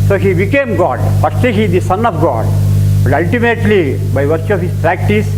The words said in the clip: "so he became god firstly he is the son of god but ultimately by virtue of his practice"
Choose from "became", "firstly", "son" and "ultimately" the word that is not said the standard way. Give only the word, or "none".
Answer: firstly